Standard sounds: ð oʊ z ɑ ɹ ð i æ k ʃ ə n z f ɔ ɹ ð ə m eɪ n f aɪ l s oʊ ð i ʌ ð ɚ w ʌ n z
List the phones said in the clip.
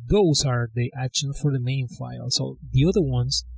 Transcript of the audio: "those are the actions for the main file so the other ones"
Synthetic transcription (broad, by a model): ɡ oʊ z ɑ ɹ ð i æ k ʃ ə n f ɔ ɹ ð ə m eɪ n f aɪ l s oʊ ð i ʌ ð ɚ w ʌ n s